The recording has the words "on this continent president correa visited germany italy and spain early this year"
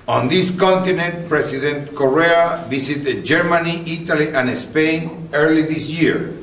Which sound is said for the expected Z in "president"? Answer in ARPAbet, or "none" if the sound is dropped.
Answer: S